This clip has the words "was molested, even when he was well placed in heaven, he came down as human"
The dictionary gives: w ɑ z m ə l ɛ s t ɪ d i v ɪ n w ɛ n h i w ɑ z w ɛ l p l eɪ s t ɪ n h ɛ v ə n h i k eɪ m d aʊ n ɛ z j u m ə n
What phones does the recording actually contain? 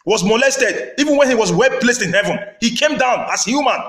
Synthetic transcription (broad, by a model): w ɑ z m ə l ɛ s t ɪ d i v ɪ n w ɛ n h i w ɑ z w ɛ l p l eɪ s t ɪ n h ɛ v ə n h i k eɪ m d aʊ n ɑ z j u m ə n